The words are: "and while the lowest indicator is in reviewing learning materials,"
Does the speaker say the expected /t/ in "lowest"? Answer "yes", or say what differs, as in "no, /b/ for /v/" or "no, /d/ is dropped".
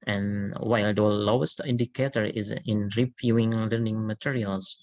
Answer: yes